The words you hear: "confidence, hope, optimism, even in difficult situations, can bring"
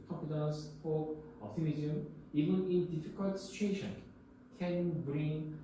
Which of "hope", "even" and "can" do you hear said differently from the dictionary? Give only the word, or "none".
hope